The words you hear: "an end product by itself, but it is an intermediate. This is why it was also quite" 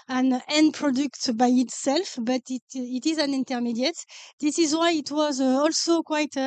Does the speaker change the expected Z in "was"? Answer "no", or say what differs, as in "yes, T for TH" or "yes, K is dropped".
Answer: no